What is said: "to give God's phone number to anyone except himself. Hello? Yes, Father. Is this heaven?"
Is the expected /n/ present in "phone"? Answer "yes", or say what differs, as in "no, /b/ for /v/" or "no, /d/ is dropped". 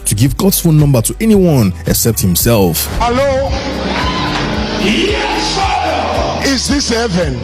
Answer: no, /l/ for /n/